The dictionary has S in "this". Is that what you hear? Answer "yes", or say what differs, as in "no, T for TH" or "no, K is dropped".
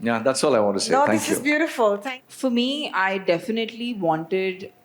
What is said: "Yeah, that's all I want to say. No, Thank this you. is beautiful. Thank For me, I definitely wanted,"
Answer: no, S is dropped